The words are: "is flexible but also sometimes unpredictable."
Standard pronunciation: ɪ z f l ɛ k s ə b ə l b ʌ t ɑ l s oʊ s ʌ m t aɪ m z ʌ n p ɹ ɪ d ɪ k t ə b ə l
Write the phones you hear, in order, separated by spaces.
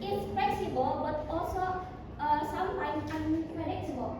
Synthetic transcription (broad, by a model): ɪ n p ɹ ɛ s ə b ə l b ʌ t ɑ l s oʊ s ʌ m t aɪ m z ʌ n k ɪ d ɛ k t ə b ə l